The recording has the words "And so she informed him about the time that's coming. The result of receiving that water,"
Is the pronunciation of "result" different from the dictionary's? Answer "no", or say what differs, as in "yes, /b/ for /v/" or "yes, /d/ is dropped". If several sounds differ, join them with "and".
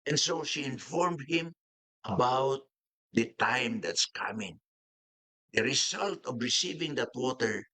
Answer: yes, /s/ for /z/